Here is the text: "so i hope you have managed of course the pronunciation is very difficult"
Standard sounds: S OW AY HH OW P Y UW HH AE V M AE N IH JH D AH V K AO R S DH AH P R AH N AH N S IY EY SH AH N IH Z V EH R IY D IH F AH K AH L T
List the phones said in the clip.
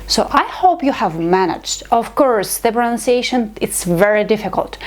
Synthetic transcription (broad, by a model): S OW AY HH OW P Y UW HH AE V M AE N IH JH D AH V K AO R S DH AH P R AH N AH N S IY EY SH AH N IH S V EH R IY D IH F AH K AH L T